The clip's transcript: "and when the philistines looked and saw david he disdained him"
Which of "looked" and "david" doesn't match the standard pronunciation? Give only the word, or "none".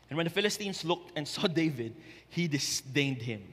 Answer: none